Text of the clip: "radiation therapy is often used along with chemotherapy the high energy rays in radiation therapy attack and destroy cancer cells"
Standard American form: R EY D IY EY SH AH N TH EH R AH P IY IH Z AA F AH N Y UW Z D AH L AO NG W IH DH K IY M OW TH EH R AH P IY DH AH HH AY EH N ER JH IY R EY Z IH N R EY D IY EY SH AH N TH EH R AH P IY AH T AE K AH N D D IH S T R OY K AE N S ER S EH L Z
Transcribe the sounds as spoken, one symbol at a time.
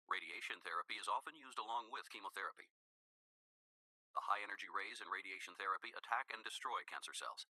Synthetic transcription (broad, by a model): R EY D IY EY SH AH N TH EH R AH P IY IH Z AA F AH N Y UW Z D AH L AO NG W IH DH K IY M OW TH EH R AH P IY DH AH HH AY EH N ER JH IY R EY Z IH N R EY D IY EY SH N TH EH R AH P IY AH T AE K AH N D D IH S T R OY K AE N S ER S EH L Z